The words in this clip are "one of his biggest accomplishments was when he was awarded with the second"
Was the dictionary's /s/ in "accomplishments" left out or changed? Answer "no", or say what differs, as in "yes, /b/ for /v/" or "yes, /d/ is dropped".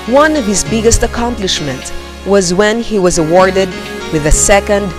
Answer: yes, /s/ is dropped